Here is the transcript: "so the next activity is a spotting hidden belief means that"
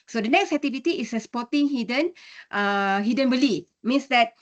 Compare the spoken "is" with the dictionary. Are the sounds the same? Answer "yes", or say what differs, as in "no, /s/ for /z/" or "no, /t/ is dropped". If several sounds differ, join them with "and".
no, /s/ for /z/